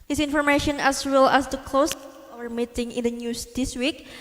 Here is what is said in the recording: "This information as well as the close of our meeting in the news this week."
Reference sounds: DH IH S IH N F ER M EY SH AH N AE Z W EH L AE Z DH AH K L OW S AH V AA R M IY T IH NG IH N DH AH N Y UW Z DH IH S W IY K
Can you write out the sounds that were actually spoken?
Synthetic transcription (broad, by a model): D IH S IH N F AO M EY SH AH N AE S W EH L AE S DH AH K L OW S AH W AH R M IY T IH NG IH N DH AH N Y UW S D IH S W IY K